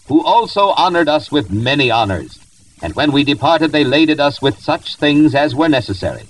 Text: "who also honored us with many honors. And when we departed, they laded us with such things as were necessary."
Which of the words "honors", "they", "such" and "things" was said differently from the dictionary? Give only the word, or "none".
none